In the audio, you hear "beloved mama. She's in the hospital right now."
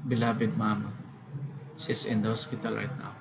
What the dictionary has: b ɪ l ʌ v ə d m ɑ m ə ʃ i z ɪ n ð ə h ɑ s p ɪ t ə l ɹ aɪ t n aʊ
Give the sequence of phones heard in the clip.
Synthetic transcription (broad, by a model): b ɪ l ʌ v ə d m ɑ m ə s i s ɪ n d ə h ɑ s p ɪ t ə l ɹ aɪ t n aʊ